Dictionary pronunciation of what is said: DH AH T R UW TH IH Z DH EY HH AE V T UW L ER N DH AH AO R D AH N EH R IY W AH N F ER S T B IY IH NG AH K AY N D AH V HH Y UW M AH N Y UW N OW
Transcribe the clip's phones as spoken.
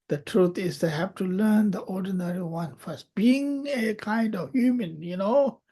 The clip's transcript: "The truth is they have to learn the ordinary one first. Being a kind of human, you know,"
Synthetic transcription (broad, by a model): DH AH T R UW T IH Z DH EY HH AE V T UW L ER N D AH AO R D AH N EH R IY W AH N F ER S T B IY IH NG AH K AY N D AH V HH Y UW M AH N Y UW N OW